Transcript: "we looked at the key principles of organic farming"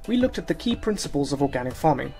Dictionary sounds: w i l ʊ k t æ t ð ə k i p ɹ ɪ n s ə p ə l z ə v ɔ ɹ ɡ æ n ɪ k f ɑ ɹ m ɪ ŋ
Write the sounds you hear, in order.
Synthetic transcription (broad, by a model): w i l ʊ k t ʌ t ð ə k i p ɹ ɪ n s ə p ə l z ə v ɔ ɡ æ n ɪ k f ɑ m ɪ ŋ